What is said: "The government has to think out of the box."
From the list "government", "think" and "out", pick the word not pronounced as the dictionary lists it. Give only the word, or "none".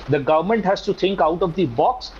think